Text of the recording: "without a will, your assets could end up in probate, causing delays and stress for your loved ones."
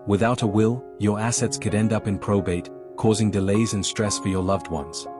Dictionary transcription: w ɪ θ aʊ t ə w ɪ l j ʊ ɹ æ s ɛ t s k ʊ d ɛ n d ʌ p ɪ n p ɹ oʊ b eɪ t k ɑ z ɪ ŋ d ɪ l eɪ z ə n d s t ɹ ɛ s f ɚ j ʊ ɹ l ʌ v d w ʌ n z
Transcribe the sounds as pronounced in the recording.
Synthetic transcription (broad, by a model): w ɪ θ aʊ t ə w ɪ l j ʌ ɹ æ s ɛ t s k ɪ d ɛ n d ʌ p ɪ n p ɹ oʊ b eɪ t k ɑ z ɪ ŋ d ɪ l eɪ z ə n s t ɹ ɛ s f ɚ j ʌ ɹ l ʌ v d w ʌ n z